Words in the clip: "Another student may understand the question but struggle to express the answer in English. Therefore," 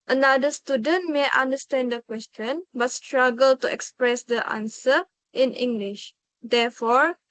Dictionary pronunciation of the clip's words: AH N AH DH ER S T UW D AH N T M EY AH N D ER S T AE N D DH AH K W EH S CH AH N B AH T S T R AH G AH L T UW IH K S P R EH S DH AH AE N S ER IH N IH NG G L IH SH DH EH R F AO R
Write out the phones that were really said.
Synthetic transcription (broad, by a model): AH N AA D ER S T UW D AH N T M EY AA N D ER S T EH N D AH K W EH S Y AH N B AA T S T R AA G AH L T UW IH K S P R EH S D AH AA N S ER IH N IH NG G L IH SH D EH F AO R